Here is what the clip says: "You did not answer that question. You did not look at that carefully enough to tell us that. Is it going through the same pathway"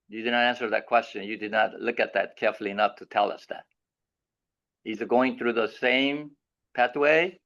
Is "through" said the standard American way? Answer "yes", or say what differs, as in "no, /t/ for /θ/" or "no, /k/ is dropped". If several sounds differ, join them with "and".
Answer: yes